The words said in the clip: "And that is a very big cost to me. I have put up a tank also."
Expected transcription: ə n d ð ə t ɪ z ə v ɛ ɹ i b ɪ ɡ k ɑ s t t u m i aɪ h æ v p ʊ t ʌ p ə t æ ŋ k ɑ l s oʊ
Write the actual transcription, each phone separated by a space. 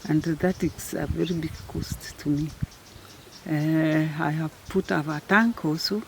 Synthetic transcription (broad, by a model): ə n d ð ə t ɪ s ə v ɛ ɹ i b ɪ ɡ k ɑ s t t u m i aɪ h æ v p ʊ t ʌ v ə t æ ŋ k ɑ l s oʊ